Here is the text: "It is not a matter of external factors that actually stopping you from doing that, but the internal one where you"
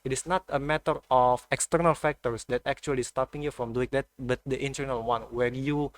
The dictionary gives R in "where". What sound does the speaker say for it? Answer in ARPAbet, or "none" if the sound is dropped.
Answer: R